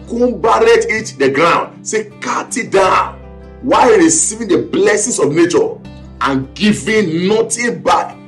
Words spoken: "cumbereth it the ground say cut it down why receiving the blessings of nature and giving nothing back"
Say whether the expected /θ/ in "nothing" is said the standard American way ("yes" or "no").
no